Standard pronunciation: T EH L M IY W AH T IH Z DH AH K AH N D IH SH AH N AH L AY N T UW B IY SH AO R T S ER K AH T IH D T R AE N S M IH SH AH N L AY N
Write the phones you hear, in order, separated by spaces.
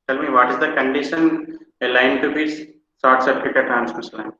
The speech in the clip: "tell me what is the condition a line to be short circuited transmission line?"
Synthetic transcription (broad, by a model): T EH L M IY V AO T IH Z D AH K AH N D IH SH AH N AH L AY N T UW B IY S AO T S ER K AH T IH T R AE N S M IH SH L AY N